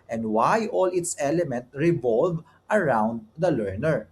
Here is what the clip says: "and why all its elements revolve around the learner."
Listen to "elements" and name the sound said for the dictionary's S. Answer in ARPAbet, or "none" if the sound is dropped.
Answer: none